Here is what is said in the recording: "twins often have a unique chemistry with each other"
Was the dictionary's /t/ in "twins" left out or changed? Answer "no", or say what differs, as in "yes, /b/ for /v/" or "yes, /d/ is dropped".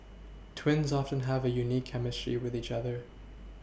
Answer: no